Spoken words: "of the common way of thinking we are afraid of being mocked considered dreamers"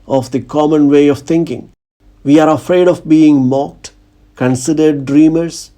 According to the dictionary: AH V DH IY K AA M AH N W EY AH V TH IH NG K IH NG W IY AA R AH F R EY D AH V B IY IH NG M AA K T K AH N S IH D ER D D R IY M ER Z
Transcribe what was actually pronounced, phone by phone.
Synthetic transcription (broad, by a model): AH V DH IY K AA M AH N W EY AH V T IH NG K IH NG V IY AA R AH F R EY D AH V B IY IH NG M AA K T K AH N S IH D ER D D R IY M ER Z